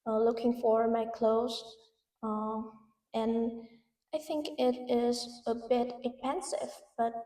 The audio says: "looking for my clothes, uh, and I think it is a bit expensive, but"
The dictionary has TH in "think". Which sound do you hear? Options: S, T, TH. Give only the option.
TH